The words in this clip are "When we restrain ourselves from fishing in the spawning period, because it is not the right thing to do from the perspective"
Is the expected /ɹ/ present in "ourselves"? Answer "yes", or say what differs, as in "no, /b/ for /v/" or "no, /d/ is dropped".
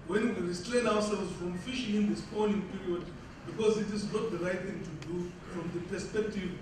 no, /w/ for /ɹ/